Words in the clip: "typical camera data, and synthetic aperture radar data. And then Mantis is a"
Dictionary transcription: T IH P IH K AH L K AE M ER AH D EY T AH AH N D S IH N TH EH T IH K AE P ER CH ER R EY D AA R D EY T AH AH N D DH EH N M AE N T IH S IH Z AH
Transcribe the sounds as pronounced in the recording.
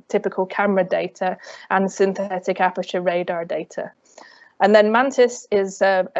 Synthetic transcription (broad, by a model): T IH P IH K AH L K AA M ER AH D EY T AH AH N S IH N TH EH T IH K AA P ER CH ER R EY D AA D EY T AH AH N DH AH N M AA N T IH S IH Z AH